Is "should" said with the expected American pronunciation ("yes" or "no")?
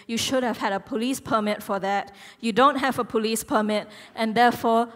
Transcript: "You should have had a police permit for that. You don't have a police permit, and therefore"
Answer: yes